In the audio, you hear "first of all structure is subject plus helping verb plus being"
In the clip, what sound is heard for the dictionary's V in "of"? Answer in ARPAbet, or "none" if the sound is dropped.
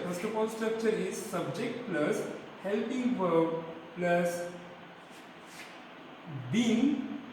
P